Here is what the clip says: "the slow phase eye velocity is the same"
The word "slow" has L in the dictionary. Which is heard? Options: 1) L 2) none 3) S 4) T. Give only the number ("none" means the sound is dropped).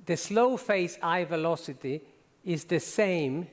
1